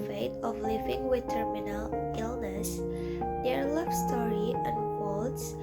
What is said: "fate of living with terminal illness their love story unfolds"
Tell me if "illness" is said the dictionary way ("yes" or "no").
yes